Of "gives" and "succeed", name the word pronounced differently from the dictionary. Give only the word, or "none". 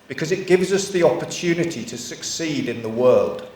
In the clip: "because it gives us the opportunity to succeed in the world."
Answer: none